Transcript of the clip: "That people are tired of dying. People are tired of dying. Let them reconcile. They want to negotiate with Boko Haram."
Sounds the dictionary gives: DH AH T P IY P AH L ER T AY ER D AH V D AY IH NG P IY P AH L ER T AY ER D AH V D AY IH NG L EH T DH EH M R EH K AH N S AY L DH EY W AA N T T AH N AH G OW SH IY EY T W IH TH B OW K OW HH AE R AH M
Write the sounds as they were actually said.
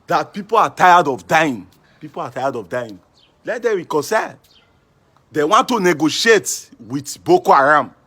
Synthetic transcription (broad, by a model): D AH T P IY P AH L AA T AY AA D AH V D AY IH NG P IY P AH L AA T AY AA D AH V D AY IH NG L EH T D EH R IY K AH S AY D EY W AA N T T AH N AH G OW SH IY EY T W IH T B OW K OW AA R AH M